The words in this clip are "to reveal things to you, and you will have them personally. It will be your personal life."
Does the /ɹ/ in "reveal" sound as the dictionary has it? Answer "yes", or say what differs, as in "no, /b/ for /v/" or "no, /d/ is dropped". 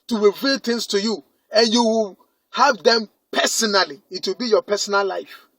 no, /w/ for /ɹ/